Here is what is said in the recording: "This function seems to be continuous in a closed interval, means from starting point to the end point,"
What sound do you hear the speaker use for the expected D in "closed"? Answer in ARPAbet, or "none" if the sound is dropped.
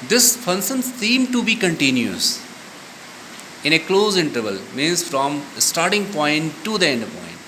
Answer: none